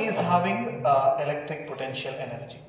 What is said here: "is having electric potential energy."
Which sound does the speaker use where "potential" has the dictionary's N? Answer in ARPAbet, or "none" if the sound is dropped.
N